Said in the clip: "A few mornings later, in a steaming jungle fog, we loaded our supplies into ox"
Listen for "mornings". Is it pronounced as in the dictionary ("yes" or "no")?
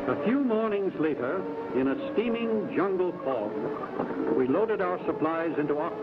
yes